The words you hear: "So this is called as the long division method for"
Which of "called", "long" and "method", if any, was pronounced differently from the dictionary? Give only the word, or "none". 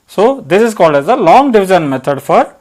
method